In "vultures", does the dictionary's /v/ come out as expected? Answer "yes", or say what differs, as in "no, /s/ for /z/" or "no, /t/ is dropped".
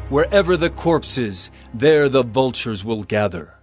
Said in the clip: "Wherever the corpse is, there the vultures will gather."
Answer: yes